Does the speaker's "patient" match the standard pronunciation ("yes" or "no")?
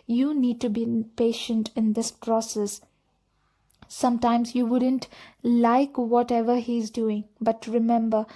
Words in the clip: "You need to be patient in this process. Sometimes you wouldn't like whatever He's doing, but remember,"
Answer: yes